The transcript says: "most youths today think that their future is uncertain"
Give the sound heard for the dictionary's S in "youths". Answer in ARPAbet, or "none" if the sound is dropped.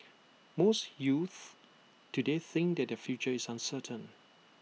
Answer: none